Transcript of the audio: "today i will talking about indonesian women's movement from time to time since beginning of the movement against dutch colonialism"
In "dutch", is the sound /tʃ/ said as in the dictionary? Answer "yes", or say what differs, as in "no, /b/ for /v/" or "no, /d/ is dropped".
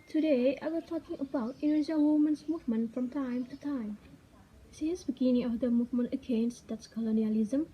no, /s/ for /tʃ/